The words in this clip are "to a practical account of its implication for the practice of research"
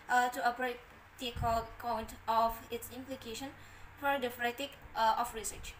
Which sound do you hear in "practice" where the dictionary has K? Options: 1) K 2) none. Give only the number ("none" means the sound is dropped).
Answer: 2